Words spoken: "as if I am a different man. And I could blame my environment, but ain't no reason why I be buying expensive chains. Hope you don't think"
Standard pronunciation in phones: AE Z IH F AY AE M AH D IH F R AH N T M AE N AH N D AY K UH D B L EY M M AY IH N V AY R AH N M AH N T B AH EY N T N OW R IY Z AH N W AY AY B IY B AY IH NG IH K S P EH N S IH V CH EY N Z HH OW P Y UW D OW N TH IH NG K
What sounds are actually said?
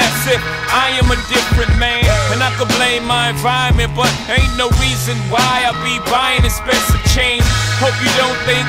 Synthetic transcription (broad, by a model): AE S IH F AY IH M AH D IH F R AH N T M AE N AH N AY K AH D B L EY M M AY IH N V AY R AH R M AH N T B AH T N OW R IY Z AH N W AY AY B IY B AY IH NG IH S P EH S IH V CH EY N HH OW P Y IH D OW N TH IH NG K